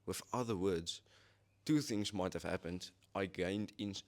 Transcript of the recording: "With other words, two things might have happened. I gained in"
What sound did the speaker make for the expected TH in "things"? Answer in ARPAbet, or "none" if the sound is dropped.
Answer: TH